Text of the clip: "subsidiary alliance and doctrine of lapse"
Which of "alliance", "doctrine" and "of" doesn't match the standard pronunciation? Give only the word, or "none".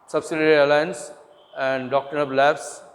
of